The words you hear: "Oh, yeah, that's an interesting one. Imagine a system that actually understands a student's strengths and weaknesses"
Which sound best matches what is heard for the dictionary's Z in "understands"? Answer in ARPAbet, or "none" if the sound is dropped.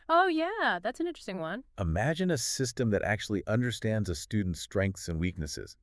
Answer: Z